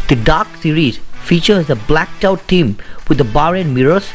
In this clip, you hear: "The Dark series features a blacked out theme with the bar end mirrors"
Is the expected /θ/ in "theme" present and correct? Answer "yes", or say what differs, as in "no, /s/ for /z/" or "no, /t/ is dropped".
no, /t/ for /θ/